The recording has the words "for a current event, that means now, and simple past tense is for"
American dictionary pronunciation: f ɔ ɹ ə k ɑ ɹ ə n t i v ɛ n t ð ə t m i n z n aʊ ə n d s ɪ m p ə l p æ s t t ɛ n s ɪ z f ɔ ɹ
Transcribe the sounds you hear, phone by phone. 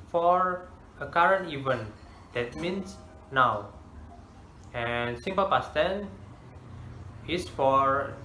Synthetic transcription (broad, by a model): f ɔ ɹ ə k ɑ ɹ ə n t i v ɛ n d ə t m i n s n aʊ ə n s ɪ m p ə l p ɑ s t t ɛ n ɪ s f ɔ ɹ